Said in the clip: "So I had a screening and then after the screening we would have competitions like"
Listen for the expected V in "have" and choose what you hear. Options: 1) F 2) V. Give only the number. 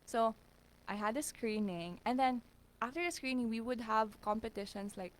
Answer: 2